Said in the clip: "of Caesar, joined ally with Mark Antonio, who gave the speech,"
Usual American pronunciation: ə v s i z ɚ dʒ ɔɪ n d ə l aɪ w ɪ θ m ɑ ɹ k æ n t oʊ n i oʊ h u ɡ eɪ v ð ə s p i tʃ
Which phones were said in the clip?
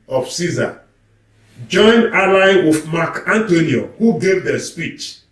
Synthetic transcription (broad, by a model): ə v s i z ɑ dʒ ɔɪ n ə l aɪ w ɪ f m ɑ k æ n t oʊ n i oʊ h u ɡ eɪ v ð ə s p i tʃ